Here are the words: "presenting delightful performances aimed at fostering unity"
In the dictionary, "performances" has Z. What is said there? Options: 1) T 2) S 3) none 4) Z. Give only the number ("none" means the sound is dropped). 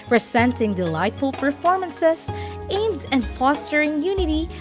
2